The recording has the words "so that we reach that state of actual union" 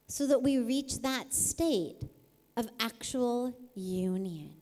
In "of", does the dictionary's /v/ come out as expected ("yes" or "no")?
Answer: yes